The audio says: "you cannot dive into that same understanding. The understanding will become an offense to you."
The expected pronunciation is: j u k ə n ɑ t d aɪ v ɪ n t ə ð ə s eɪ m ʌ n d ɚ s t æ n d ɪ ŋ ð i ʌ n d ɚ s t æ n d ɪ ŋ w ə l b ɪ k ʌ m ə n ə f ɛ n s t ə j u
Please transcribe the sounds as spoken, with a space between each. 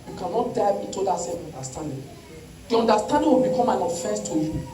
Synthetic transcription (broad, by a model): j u k ə n ɑ t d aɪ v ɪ t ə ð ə s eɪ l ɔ n d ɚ s t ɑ n d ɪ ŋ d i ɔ n d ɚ s t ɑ n d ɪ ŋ w ə l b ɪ k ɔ m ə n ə f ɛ s t ə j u